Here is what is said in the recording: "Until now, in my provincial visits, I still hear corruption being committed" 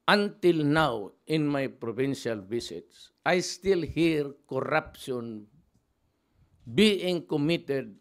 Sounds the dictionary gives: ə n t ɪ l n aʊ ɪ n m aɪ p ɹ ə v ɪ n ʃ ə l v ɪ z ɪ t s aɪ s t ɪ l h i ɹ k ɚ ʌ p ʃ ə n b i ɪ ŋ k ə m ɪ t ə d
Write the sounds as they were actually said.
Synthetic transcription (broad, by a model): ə n t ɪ l n aʊ ɪ n m aɪ p ɹ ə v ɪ n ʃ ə l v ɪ s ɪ t s aɪ s t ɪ l h i ɹ k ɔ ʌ p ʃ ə n b i ɪ ŋ k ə m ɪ t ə d